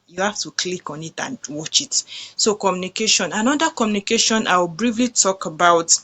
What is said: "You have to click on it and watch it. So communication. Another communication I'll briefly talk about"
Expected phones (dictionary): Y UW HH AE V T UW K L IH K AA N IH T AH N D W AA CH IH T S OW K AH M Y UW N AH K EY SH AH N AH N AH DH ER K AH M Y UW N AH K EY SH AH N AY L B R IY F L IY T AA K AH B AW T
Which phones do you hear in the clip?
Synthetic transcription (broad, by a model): Y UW HH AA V T UW K L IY K AA N IH T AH N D W AA CH IH T S OW K AH M Y UW N AH K EY SH AH N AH N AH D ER K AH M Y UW N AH K EY SH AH N AY W B R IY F L IY T AA K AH B AW T